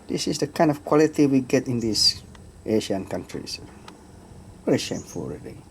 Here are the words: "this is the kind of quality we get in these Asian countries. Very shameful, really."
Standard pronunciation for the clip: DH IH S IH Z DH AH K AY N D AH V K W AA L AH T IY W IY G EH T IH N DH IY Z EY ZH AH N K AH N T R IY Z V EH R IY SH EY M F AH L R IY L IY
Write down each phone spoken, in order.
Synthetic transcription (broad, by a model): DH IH S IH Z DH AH K AY N D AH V K W AA L AH T IY W IY G EH T IH N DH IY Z EY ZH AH N K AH N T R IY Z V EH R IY SH EY M F AH L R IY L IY